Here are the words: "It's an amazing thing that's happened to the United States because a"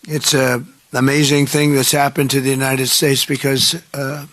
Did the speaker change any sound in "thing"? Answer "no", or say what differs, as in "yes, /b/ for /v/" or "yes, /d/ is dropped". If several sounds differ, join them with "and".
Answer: no